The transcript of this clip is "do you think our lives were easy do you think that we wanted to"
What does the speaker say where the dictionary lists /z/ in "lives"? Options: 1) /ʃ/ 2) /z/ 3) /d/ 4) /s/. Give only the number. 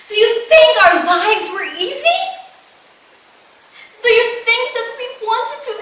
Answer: 2